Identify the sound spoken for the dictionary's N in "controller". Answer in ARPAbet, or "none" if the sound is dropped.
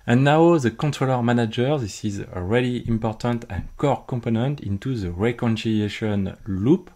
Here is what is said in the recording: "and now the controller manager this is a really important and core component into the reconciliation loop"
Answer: N